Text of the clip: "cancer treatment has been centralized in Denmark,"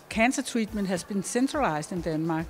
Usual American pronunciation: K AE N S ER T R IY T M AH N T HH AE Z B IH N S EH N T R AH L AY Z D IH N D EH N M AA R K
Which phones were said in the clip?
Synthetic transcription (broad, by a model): K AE N S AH S R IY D M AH N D HH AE S B IH N S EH N S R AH L AY S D IH N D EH N M AA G